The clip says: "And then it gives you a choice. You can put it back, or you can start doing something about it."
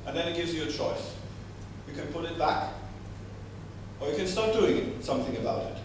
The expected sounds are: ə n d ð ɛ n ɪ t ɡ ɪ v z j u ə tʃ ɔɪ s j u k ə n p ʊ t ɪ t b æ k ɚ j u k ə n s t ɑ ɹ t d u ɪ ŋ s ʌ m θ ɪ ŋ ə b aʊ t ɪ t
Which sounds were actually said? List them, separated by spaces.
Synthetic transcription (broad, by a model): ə n ð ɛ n ɪ t ɡ ɪ v z j ə tʃ ɔɪ s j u k ə n p ʊ t ɪ t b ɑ k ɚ j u k ə n s t ɑ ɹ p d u ɪ ŋ s ʌ m θ ɪ ŋ ə b aʊ t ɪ t